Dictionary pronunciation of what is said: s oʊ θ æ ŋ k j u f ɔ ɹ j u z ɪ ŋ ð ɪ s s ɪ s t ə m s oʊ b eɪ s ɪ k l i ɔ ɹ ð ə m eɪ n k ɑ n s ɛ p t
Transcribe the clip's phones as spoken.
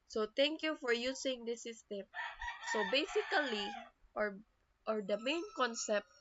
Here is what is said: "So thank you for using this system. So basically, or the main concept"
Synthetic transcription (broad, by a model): s oʊ t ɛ ŋ k j u f ɔ ɹ j u s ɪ ŋ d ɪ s s ɪ s t ə m s oʊ b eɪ s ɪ k l i ɔ ɹ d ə m eɪ n k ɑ n s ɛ p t